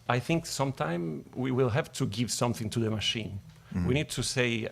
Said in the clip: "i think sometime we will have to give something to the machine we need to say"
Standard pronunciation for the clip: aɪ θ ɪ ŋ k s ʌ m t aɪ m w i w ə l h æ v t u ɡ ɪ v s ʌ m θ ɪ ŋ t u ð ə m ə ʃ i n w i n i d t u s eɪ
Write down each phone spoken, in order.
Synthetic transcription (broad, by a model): aɪ θ ɪ ŋ k s ʌ m t aɪ m w i w ə l h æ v t u ɡ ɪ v s ʌ m θ ɪ ŋ t u ð ə m ə ʃ i n w i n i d t u s eɪ